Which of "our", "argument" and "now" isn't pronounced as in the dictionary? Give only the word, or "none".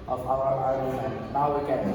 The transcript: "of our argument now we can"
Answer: argument